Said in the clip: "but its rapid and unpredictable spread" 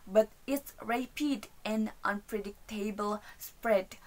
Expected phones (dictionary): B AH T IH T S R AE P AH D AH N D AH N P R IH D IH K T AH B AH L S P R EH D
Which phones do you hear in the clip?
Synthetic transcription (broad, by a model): B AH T IH T S R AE P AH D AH N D AH N P R IH D IH K T AH B AH L S P R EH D